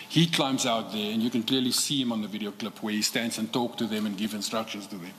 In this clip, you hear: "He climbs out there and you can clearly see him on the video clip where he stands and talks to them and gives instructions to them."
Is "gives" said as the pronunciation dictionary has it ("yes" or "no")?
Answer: no